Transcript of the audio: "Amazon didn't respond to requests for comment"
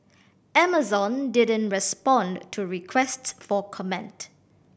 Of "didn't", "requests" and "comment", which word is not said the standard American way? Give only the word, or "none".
none